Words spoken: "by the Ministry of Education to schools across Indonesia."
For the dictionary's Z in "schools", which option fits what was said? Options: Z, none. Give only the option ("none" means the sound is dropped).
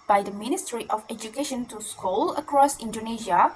none